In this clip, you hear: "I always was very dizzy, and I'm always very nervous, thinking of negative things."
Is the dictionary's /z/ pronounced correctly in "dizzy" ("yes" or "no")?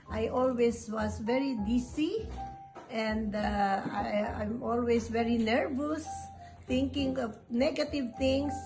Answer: no